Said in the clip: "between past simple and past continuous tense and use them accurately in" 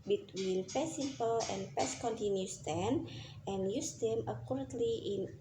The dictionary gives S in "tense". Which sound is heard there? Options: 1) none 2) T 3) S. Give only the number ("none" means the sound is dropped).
1